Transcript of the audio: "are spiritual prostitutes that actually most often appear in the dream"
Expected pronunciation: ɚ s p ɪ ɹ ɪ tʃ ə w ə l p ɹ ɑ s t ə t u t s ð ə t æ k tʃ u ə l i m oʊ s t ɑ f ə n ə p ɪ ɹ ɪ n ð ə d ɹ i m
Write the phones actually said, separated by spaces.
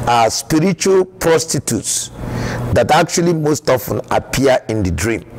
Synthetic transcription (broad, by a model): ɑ s p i ɹ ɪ tʃ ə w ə l p ɹ ɑ s t ə t u t s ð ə t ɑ k tʃ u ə l i m oʊ s t ɑ f ə n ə p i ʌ ɪ n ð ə d ɹ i m